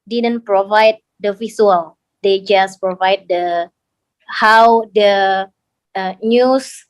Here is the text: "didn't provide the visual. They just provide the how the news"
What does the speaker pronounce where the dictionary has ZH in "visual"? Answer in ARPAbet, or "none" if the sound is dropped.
S